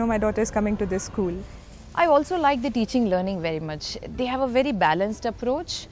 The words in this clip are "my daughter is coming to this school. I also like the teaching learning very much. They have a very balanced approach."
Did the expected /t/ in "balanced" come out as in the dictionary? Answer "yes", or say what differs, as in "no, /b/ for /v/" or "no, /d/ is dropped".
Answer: yes